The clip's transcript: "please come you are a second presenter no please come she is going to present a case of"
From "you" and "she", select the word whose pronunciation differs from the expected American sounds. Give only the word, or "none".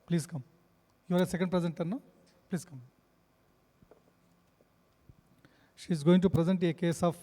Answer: none